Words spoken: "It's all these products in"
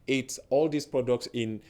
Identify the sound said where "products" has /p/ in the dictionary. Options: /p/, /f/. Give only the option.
/p/